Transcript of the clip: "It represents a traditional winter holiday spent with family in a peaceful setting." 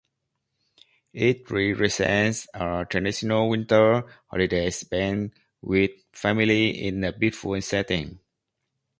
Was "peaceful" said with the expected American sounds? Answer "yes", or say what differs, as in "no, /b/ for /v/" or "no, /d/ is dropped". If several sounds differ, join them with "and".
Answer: no, /b/ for /p/ and /n/ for /l/